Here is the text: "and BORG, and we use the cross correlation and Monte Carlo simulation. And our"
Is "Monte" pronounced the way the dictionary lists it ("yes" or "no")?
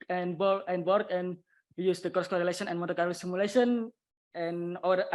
no